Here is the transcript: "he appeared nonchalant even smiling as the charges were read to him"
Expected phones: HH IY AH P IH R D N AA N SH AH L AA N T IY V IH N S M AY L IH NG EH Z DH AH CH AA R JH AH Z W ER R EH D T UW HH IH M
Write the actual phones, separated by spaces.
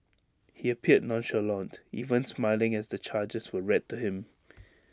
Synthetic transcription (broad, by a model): HH IY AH P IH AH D N AA N SH AH L AA N T IY V IH N S M AY L IH NG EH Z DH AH CH AA JH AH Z W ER R EH D T UW HH IH M